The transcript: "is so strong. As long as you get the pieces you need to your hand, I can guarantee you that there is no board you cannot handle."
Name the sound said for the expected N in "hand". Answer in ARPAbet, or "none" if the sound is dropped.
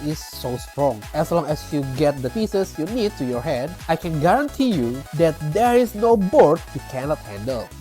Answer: none